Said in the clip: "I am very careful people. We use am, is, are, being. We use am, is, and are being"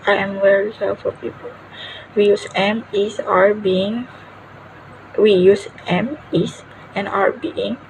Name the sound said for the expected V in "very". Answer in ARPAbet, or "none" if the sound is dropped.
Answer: W